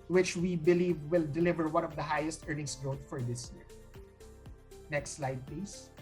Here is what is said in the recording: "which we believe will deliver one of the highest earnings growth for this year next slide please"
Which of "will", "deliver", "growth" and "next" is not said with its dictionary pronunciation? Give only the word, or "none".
growth